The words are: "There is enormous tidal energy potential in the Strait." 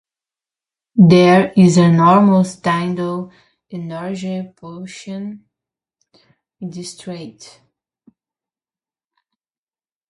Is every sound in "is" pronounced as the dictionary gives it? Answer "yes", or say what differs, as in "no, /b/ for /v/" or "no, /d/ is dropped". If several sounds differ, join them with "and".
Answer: yes